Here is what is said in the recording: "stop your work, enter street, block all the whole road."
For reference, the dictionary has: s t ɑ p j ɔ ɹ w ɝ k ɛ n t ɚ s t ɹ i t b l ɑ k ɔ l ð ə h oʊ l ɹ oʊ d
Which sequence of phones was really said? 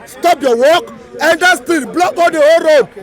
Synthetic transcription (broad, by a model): s t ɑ p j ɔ w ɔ k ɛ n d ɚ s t i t b l ɑ k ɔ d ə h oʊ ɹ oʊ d